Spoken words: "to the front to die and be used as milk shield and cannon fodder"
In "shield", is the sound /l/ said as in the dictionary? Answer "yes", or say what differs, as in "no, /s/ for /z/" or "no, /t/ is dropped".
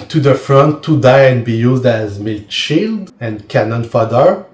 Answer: yes